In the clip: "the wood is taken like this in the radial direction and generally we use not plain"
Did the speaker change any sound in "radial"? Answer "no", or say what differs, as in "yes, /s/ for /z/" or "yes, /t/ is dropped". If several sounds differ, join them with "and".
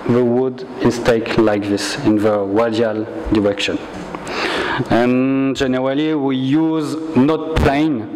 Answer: yes, /w/ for /ɹ/